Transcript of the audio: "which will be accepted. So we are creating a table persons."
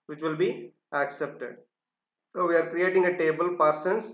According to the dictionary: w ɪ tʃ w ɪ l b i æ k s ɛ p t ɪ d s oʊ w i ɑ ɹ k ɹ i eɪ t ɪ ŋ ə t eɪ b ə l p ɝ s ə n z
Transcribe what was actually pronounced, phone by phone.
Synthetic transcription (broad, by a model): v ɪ tʃ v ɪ l b i æ k s ɛ p t ɪ d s oʊ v i ɑ ɹ k ɹ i eɪ t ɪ ŋ ə t eɪ b ə l p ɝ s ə n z